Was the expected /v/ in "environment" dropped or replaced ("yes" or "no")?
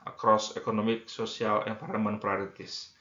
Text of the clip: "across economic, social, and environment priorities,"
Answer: yes